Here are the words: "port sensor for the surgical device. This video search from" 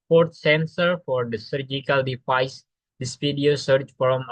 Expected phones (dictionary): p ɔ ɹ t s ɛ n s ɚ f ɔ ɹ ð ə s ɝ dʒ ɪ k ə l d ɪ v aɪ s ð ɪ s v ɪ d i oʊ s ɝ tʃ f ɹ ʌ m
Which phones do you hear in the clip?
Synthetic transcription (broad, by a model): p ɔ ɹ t s ɛ n s ɚ f ɔ ɹ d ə s ɝ dʒ ɪ k ə l d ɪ f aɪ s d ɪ s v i d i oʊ s ɝ tʃ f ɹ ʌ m